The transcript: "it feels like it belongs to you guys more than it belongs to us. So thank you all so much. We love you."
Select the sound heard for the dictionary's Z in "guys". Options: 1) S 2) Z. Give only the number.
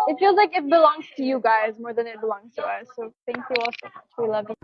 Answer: 2